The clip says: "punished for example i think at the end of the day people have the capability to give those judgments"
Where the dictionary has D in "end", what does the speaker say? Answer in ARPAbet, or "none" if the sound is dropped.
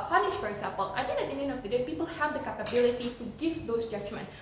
none